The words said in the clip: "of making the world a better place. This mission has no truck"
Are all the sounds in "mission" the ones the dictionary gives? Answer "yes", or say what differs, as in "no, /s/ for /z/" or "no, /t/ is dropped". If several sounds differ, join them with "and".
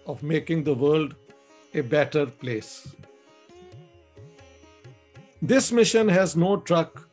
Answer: yes